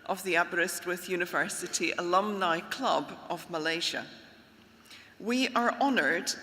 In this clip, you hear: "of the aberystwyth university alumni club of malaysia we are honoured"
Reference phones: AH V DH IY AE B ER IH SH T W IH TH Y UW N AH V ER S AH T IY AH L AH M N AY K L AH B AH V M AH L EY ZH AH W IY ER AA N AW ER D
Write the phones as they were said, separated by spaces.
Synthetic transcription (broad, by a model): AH V DH IY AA B ER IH S T W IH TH Y UW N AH V ER S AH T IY AH L AH M N AY K L AH B AH V M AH L EY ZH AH W IY ER AA N ER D